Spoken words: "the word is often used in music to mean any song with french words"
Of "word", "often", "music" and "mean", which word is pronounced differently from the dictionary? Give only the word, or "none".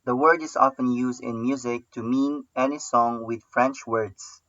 none